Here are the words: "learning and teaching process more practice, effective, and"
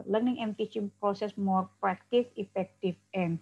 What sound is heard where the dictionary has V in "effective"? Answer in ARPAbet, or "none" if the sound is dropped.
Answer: F